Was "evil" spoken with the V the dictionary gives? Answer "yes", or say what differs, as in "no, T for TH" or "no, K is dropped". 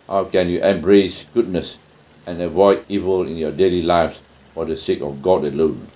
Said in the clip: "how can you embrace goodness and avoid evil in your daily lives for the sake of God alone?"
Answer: yes